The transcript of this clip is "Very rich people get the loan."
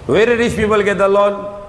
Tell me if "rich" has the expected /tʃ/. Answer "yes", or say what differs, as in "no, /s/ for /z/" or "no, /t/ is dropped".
no, /s/ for /tʃ/